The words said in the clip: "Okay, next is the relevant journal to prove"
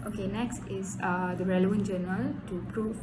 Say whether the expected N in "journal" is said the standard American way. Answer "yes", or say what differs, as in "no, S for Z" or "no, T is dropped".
no, N is dropped